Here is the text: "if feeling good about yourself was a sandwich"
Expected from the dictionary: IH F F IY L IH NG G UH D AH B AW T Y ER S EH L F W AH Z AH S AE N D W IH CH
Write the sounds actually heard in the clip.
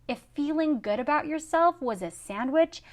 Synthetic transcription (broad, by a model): IH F F IY L IH NG G UH D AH B AW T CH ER S EH L F W AH Z AH S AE N D W IH CH